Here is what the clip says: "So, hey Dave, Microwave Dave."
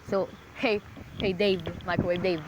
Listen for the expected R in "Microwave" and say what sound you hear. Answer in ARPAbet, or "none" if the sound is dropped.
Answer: none